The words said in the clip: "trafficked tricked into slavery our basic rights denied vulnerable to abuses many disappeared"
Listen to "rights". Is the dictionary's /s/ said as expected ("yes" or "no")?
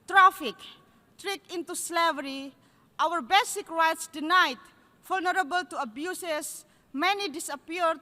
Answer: yes